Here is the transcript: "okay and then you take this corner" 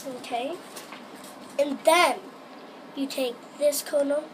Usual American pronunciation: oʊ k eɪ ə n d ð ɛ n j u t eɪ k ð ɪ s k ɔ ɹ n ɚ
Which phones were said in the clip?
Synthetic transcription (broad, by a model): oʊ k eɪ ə n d ð ɛ n j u t eɪ k ð ɪ s k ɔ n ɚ